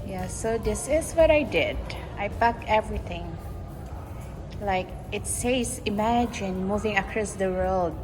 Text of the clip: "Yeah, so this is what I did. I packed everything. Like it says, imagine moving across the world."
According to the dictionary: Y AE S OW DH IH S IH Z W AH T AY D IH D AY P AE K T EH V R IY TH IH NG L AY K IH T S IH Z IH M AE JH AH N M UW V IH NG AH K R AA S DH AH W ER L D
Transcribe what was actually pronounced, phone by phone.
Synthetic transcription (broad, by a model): Y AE S OW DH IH S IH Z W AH T AY D IH D AY B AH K EH V R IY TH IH NG L AY K IH T S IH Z IH M AE JH AH N M UW V IH NG AH K R AA S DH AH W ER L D